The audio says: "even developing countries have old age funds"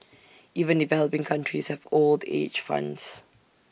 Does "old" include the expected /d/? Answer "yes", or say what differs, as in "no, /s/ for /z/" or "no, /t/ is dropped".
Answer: yes